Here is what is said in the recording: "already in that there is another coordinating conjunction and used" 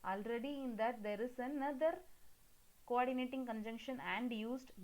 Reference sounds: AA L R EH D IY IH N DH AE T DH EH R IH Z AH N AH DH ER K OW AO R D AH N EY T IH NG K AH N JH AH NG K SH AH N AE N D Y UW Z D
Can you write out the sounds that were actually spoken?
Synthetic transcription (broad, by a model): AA L R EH D IY IH N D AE T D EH R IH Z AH N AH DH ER K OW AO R D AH N EY T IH NG K AH N JH AH NG K SH AH N AE N D Y UW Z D